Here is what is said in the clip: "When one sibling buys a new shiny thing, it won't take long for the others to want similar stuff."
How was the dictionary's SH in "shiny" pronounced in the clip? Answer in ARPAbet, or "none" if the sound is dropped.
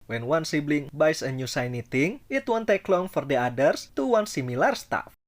S